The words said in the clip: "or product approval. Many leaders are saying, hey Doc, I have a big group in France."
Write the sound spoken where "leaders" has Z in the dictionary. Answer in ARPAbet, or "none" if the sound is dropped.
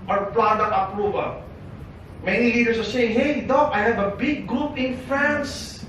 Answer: S